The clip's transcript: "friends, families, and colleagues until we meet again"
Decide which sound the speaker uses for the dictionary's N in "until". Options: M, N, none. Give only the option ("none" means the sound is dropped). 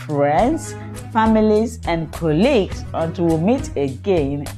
none